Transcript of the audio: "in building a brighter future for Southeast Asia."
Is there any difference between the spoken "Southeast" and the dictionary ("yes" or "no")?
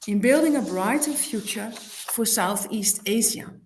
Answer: no